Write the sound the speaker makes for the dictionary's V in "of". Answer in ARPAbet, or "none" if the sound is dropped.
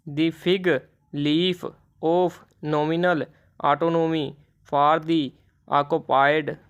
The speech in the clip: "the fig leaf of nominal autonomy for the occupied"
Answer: P